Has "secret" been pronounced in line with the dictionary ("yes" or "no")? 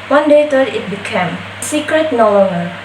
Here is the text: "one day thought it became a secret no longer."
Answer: yes